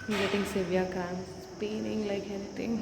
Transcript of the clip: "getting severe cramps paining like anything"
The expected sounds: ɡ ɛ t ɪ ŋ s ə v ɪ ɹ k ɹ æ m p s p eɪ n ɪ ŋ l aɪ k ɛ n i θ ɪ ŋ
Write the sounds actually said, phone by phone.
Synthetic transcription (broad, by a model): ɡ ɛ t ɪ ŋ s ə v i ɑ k ɑ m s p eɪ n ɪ ŋ l aɪ k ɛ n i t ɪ ŋ